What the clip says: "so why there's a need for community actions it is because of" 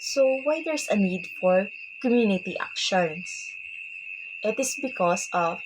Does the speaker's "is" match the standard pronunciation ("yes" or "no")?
no